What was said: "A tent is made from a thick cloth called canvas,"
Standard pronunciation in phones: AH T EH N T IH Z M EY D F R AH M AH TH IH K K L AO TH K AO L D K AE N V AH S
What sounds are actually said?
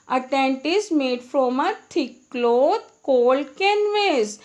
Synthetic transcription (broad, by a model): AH T EH N T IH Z M EY D F R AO M AH T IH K K L AO T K AO L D K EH N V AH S